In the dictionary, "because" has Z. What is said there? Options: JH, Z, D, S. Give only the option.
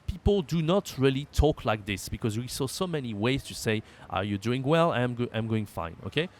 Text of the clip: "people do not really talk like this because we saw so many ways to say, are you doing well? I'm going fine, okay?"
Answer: Z